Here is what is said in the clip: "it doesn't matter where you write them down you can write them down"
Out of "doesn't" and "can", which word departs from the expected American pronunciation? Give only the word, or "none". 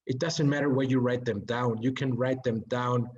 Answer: none